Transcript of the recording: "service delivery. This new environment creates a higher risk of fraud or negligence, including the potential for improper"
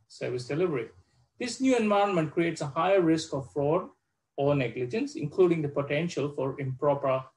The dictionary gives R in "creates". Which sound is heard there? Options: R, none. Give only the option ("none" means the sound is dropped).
R